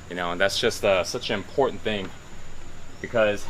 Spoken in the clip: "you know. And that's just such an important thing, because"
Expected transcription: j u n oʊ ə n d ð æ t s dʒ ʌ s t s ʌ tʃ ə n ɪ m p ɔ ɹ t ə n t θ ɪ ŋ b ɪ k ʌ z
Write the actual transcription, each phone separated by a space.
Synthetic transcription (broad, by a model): j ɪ n oʊ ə n ð æ t s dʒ ʌ s t s ʌ tʃ ə n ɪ m p ɔ ɹ t n θ ɪ ŋ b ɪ k ʌ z